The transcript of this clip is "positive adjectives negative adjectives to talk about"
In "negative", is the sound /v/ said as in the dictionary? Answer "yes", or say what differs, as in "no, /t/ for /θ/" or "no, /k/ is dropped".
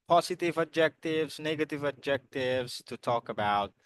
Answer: yes